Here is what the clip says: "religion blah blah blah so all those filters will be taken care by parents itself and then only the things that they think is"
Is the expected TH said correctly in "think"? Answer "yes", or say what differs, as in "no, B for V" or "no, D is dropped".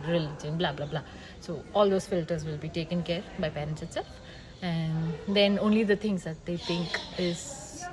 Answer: no, T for TH